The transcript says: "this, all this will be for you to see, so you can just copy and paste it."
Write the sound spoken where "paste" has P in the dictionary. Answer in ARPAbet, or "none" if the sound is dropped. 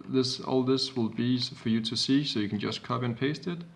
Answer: P